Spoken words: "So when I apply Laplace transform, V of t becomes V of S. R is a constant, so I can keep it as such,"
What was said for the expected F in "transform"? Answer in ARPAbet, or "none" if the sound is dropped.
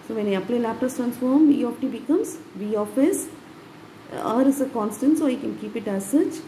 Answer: F